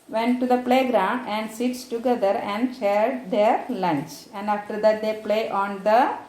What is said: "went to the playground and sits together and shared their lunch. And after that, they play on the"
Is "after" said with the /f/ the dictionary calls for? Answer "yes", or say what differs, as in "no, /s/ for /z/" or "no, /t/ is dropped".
yes